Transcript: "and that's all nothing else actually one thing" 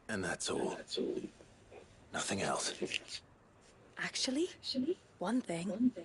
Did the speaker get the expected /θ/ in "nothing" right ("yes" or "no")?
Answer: yes